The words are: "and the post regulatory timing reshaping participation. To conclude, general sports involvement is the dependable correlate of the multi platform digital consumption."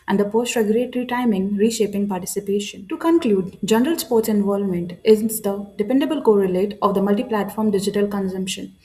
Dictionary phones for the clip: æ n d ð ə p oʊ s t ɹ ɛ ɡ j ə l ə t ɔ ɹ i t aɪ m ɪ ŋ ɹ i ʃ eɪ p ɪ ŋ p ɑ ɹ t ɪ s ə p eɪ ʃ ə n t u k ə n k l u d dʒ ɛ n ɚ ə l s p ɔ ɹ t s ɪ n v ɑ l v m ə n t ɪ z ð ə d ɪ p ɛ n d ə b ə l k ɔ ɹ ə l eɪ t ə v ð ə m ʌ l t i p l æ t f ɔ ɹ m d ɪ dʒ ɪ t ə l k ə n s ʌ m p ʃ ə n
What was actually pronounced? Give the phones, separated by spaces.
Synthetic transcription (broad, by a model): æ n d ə p oʊ s t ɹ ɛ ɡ j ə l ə t ɹ i t aɪ m ɪ ŋ ɹ i ʃ eɪ p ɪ ŋ p ɑ ɹ t ɪ s ə p eɪ ʃ ə n t u k ə n k l u d dʒ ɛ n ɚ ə l s p ɔ ɹ t s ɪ n v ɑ l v m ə n t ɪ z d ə d ɪ p ɛ n d ə b ə l k ɔ ɹ ə l eɪ t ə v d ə m ʌ l t i p l æ t f ɔ ɹ m d ɪ dʒ ɪ t ə l k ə n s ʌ m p ʃ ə n